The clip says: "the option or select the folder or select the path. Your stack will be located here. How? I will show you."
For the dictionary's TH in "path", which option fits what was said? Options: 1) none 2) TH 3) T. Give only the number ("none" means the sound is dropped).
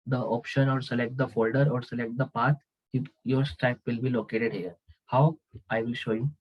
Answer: 3